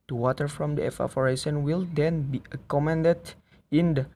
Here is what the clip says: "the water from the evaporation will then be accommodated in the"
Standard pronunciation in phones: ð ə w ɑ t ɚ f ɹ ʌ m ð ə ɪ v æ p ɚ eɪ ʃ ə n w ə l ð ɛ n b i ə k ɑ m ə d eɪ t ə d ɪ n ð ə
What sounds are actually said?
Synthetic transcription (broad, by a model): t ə w ɑ t ɚ f ɹ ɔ m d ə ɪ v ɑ f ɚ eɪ s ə n w ə l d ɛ n b i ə k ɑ m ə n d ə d ɪ n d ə